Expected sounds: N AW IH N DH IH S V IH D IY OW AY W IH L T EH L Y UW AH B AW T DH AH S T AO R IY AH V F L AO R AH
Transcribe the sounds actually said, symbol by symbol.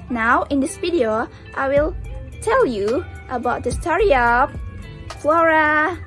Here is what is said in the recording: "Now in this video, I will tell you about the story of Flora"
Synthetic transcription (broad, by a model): N AW IH N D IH S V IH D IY OW AY W IH L T EH L Y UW AH B AW T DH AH S T AO R IY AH P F L AO R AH